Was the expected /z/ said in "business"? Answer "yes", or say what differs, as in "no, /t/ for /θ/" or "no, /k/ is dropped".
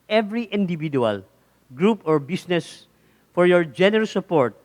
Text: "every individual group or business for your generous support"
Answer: no, /s/ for /z/